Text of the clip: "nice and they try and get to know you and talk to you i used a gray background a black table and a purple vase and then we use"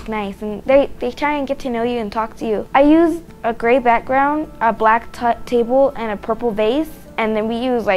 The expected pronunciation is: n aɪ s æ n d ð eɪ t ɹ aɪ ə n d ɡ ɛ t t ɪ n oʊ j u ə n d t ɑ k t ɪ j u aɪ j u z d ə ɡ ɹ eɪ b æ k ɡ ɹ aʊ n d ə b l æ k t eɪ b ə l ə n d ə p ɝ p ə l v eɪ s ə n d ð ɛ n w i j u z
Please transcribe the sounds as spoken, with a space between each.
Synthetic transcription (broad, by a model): n aɪ s n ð ð eɪ t ɹ aɪ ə n ɡ ɛ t t ɪ n oʊ j u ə n t ɑ k t ɪ j u aɪ j u z ə ɡ ɹ eɪ b æ k ɡ ɹ aʊ n d ə b l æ k t eɪ b l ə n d ə p ɝ p l b eɪ s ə n ð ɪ n w i j u z